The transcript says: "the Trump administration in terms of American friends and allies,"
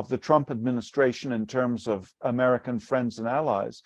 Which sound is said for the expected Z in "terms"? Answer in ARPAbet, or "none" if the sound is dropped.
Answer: Z